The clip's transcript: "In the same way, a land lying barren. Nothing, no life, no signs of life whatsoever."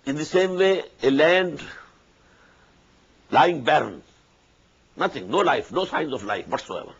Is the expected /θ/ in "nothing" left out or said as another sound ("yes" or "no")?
yes